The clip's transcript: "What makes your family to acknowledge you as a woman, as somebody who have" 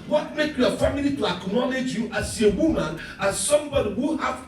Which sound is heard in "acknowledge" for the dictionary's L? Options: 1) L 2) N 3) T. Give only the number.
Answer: 2